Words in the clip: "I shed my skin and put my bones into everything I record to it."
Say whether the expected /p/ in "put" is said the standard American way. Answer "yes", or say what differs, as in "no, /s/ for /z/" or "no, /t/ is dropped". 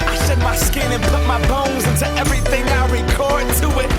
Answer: yes